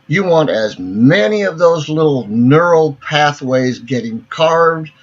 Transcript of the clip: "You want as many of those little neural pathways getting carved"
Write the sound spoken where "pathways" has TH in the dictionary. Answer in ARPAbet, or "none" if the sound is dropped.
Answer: TH